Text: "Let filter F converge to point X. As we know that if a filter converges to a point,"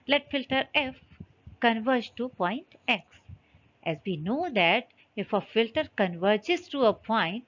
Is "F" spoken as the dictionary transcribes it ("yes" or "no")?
yes